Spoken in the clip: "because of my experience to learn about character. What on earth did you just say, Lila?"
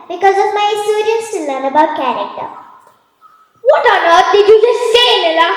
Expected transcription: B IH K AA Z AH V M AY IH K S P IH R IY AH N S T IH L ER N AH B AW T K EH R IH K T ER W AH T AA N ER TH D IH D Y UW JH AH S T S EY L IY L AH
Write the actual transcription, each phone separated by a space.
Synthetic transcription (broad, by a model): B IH K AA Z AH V M AY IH S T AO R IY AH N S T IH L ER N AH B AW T K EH R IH K T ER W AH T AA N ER T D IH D Y UW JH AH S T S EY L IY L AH